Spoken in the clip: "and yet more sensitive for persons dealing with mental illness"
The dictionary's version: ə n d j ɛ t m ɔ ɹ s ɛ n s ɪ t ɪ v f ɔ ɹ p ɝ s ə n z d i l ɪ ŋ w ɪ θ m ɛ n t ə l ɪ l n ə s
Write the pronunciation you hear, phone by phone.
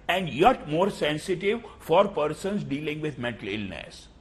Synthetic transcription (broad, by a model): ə n d j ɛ t m ɔ ɹ s ɛ n s ɪ t ɪ v f ɔ ɹ p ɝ s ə n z d i l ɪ ŋ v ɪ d m ɛ n t ə l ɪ l n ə s